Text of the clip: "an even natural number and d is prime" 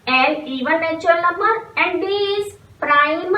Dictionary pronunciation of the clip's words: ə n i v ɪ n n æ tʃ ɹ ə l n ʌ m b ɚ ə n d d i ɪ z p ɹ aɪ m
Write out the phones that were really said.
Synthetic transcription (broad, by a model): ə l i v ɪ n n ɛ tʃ ə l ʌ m ɚ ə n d d i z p ɹ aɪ m